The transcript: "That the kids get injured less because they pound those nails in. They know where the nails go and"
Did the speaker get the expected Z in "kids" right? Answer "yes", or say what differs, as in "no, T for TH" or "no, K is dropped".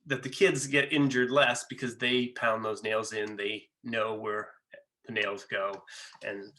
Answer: yes